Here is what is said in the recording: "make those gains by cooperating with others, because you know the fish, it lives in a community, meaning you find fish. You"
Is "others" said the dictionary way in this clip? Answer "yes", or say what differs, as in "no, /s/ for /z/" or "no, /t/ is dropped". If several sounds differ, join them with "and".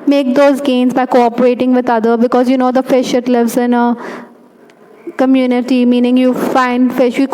no, /z/ is dropped